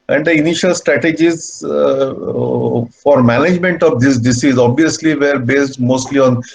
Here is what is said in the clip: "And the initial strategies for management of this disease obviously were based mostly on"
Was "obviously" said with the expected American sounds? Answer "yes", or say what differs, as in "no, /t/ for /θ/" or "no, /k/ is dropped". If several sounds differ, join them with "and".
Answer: yes